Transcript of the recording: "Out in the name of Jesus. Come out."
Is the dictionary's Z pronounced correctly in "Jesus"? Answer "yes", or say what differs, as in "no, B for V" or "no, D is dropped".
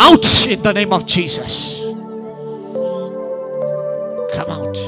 yes